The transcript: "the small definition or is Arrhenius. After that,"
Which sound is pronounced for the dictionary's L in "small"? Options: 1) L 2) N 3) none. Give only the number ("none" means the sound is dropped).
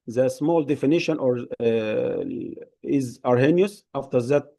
1